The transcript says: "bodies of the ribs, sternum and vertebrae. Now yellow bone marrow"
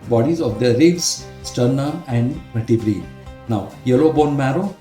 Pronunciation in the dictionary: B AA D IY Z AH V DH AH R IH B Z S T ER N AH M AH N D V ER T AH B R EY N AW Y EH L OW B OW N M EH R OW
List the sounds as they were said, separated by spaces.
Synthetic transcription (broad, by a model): B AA D IY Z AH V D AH R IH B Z S T ER N AH M AH N D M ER T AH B R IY N AW Y EH L OW B OW N M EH R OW